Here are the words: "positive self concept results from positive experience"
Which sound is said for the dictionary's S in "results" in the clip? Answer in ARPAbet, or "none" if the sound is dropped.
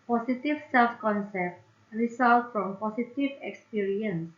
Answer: none